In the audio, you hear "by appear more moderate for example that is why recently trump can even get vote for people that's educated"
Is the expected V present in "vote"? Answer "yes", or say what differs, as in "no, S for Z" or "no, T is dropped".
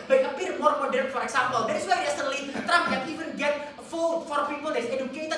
no, F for V